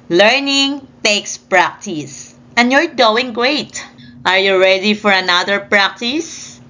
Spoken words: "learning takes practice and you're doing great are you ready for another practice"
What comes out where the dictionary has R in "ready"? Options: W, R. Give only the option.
R